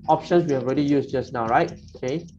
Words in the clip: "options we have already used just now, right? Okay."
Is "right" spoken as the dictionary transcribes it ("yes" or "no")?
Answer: yes